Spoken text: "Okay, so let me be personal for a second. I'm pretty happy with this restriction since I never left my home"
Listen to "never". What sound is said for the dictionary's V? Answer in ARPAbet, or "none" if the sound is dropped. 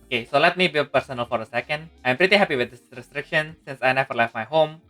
F